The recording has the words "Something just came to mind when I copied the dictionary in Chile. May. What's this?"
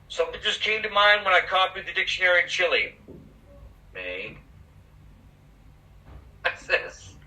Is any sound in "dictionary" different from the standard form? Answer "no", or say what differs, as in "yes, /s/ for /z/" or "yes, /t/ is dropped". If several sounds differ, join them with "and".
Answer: no